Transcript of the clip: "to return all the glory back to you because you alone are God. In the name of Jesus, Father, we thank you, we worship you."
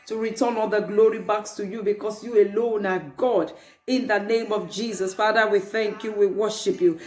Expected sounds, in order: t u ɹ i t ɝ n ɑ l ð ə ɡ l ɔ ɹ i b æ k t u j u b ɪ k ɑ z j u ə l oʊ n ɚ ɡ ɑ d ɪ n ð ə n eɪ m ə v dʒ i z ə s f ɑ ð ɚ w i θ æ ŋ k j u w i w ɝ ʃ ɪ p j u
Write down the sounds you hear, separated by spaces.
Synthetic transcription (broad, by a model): t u ɹ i t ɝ n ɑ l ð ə ɡ l ɔ ɹ i b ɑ k t u j u b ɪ k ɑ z j u ə l oʊ n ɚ ɡ ɑ d ɪ n ð ə n eɪ m ə v dʒ i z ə s f ɑ ð ɚ w i θ æ ŋ k j u w i w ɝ ʃ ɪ p j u